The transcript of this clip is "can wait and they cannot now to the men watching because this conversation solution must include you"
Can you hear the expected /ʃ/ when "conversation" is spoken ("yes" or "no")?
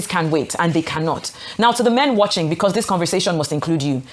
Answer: no